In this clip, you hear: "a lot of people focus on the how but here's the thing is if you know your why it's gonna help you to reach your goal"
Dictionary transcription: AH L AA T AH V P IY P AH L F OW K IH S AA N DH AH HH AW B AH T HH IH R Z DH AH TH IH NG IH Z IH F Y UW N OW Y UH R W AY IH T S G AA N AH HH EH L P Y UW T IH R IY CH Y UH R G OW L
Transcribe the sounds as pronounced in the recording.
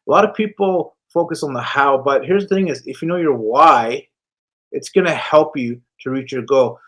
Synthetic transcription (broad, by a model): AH L AA T AH V P IY P L F OW K IH S N DH AH HH AW B AH T HH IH R Z DH AH TH IH NG IH Z IH F Y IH N OW Y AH R W AY IH T S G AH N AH HH EH L P Y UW T IH R IY CH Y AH R G OW